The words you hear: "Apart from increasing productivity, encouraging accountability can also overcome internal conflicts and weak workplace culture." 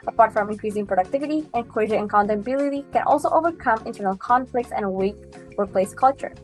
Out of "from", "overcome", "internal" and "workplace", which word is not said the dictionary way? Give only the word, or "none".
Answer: workplace